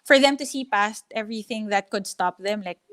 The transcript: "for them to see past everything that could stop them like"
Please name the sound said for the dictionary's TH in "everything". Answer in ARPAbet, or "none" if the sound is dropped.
TH